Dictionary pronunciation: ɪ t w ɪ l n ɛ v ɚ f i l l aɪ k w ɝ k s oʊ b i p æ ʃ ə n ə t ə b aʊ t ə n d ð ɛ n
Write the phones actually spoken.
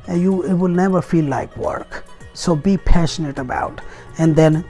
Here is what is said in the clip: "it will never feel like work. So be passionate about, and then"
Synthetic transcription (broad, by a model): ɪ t w ɪ l n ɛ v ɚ f i l l aɪ k w ɝ k s oʊ b i p æ ʃ ə n ə t ə b aʊ t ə n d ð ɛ n